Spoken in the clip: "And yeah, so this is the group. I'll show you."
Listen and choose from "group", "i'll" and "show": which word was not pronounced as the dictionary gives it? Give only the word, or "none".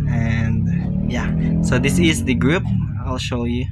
none